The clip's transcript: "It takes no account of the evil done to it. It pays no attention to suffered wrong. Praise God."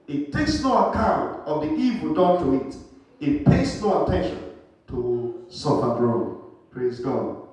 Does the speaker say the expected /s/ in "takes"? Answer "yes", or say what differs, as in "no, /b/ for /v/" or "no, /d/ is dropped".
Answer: yes